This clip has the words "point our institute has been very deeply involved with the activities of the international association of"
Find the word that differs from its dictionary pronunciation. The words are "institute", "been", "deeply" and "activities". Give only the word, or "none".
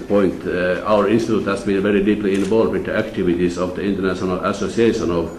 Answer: activities